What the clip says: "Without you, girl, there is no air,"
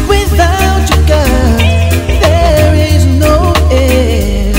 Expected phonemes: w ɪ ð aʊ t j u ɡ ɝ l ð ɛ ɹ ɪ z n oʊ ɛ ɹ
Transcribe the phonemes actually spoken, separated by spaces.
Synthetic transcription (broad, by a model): w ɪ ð aʊ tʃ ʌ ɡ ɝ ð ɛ ɹ ɪ z n oʊ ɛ